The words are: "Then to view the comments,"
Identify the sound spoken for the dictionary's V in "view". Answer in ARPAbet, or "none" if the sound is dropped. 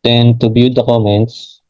B